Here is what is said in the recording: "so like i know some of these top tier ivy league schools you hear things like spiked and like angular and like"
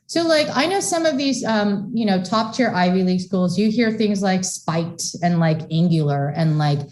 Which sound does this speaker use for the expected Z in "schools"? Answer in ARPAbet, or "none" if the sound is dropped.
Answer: Z